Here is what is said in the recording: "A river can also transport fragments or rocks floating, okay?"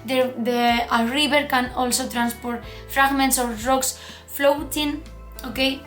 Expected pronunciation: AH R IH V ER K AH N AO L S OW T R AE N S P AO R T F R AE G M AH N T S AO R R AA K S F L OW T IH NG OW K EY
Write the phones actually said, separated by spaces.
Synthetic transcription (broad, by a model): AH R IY B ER K AH N AO L S OW T R AE N S P AO R T F R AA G M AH N T S AO R R AA K S F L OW T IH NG OW K EY